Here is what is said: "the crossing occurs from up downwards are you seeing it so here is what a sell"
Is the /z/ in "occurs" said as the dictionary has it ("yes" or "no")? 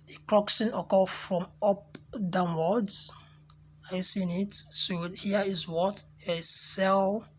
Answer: no